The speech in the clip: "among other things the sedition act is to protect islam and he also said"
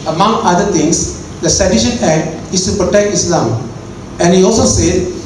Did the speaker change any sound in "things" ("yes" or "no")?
yes